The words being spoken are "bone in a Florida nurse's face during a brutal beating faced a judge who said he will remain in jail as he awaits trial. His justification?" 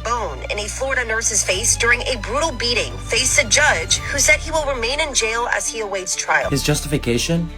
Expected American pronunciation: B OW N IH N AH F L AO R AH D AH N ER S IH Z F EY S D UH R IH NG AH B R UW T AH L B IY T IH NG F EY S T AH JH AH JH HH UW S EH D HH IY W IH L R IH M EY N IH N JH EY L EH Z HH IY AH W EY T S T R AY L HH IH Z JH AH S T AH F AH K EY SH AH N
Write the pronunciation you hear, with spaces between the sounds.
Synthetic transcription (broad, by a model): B OW N IH N AH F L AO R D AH N ER S IH Z F EY S D UH R IH NG AH B R UW T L B IY T IH NG F EY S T AH JH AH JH HH UW S EH D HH IY W IH L R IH M EY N IH N JH EY L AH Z IY AH W EY T S T R AY L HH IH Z JH AH S T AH F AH K EY SH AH N